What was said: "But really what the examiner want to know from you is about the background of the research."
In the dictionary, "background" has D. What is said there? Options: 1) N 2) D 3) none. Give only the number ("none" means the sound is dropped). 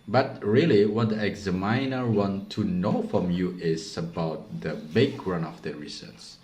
3